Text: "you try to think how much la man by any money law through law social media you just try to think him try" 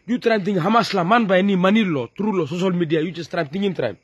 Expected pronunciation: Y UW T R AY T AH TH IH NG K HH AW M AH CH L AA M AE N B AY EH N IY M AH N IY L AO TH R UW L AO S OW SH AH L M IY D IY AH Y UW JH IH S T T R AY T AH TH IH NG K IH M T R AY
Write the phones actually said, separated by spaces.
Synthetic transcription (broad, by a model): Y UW T R AY T AH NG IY HH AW M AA S L AA M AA N B AY EH N IY M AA N IY L AO T R UW L AO S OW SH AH L M IY D IY AH Y UW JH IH S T T R AY T AH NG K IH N T R AY